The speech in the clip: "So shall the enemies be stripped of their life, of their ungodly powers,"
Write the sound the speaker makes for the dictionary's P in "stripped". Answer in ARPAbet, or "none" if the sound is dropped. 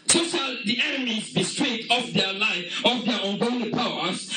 none